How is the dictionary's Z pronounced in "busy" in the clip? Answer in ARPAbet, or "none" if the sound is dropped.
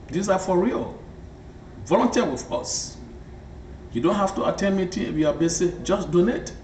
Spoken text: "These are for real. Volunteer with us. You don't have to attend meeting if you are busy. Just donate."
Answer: S